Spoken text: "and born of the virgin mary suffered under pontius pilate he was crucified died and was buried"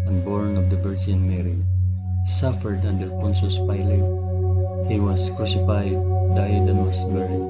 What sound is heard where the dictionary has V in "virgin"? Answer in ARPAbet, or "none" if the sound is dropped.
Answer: B